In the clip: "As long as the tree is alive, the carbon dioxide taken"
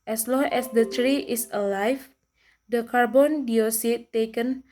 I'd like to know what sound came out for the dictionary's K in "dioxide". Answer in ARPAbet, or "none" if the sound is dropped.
none